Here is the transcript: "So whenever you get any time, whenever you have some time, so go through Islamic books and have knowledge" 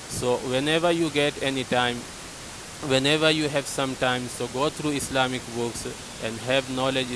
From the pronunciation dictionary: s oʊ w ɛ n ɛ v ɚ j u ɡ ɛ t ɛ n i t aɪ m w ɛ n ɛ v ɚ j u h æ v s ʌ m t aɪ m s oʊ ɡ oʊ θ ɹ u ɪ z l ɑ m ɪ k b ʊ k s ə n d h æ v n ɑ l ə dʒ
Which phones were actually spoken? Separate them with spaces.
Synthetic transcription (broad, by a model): s oʊ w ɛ n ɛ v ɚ j u ɡ ɛ t ɛ n i t aɪ m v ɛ n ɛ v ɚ j u h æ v s ʌ m t aɪ m s oʊ ɡ oʊ t ɹ u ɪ s l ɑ m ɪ k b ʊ k s ə n d h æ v n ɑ l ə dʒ